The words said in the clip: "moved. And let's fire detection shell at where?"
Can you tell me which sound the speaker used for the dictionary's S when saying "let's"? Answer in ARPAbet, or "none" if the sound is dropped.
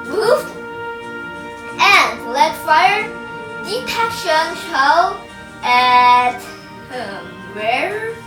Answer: none